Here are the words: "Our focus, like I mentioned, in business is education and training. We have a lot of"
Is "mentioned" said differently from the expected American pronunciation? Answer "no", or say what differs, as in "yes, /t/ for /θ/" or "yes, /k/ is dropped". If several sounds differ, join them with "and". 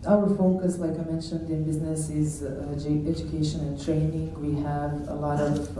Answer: no